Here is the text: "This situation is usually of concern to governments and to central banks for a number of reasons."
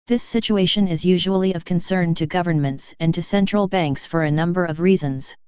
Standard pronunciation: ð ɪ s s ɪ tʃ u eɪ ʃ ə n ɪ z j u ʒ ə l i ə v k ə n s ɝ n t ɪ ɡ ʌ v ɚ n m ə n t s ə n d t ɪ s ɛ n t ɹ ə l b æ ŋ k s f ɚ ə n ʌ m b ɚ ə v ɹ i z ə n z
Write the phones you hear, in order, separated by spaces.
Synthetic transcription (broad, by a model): ð ɪ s s ɪ tʃ u eɪ ʃ ə n ɪ z j u ʒ ə l i ə v k ə n s ɝ n t ɪ ɡ ʌ v ɚ n m ə n t s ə n t ɪ s ɛ n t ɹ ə l b æ ŋ k s f ɚ ə n ʌ m b ɚ ə v ɹ i z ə n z